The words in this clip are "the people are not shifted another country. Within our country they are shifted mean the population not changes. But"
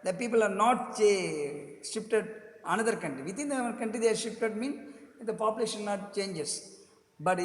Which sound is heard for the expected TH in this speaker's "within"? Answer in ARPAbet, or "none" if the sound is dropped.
T